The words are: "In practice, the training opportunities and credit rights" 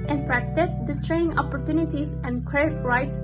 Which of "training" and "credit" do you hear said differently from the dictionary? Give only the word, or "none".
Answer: credit